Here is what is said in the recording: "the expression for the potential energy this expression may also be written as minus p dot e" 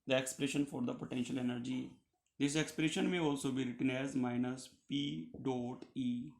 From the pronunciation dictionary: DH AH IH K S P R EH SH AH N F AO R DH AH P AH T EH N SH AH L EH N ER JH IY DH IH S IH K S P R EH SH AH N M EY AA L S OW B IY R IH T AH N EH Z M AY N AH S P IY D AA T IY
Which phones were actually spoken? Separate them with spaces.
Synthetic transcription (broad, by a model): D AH IH K S P R EH SH AH N F AO R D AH P AH T EH N SH AH L EH N ER JH IY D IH S IH K S P R EH SH AH N M EY AA L S OW B IY R IH T AH N EH Z M AY N AH S P IY D AA T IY